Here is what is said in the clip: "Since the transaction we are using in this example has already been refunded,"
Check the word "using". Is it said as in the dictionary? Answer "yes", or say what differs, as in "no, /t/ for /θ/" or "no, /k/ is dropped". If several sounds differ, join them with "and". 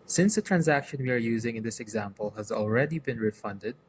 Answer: yes